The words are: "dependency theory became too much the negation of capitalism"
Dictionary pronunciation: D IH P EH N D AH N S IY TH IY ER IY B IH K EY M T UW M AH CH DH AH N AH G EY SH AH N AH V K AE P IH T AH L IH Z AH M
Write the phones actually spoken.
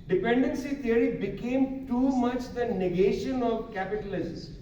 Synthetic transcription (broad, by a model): D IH P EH N D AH N S IY T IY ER IY B IH K EY M T UW M AH CH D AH N AH G EY SH AH N AH V K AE P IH T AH L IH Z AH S